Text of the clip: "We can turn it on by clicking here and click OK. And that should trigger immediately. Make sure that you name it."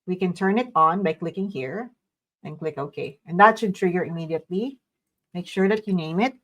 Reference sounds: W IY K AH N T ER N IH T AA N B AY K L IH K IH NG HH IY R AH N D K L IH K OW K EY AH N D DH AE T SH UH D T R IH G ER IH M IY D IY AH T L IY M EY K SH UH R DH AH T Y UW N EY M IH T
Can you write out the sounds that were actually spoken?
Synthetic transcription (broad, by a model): W IY K AH N T ER N IH T AA N B AY K L IH K IH NG HH IY R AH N K L IH K OW K EY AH N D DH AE T SH UH D T R IH G ER IH M IY D IY AH T L IY M EY K SH UH R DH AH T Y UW N EY M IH T